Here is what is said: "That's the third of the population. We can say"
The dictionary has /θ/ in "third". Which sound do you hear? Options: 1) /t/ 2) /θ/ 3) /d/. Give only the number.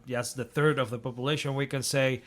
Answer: 2